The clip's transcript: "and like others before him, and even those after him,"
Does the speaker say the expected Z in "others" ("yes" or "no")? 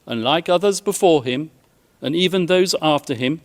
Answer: yes